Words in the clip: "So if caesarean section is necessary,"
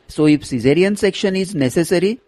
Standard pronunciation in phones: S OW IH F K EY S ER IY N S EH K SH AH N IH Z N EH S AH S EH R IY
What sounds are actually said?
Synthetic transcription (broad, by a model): S OW IH F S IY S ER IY N S EH K SH AH N IH Z N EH S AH S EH R IY